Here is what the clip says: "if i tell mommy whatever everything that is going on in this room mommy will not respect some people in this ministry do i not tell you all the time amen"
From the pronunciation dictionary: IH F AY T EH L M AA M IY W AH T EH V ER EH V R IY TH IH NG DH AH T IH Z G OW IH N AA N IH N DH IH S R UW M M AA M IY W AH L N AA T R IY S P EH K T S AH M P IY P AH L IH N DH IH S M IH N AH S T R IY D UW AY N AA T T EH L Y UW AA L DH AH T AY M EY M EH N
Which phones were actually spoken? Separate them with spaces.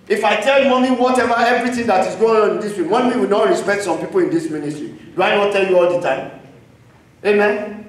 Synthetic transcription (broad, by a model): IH F AY T EH L M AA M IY W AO T EH V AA EH V R IY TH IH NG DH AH T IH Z G OW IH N AA N IH N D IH S W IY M M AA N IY W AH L N AA T R IY S P EH K T S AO M P IY P AH L IH N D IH S M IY N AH S T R IY D UW AY N AA T T EH L Y UW AA L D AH T AY M EY M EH N